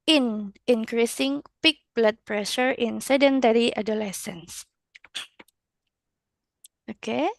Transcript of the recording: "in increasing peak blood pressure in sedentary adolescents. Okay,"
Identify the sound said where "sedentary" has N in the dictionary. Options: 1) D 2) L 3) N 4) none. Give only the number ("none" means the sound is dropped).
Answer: 3